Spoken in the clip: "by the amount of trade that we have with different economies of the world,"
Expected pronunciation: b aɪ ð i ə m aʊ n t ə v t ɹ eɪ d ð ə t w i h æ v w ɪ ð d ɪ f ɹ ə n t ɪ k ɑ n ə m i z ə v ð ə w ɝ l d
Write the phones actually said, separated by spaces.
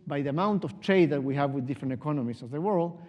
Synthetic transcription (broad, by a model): b aɪ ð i ə m aʊ n t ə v t ɹ eɪ d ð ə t w i h æ v w ɪ ð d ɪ f ɹ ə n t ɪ k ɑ n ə m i s ə v ð ə w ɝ l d